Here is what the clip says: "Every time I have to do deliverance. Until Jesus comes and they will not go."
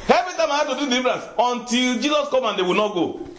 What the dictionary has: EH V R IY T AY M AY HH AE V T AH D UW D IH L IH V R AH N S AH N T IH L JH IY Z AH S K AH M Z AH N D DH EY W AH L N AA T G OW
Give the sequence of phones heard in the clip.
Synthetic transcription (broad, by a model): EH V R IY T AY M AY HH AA T AH D UW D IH IH B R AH S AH N T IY L JH IY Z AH S K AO M AH N D EY W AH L N AA T G OW